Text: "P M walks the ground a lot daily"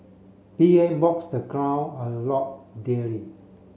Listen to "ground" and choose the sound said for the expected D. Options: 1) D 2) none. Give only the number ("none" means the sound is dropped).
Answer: 2